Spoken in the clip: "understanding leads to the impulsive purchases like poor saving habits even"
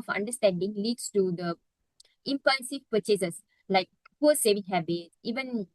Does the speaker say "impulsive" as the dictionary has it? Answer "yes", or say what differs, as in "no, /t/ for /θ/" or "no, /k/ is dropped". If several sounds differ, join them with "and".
no, /n/ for /l/